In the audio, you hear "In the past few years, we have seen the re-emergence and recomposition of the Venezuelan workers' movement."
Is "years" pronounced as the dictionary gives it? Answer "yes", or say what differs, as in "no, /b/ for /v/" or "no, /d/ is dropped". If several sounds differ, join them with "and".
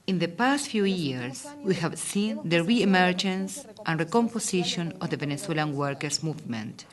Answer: no, /s/ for /z/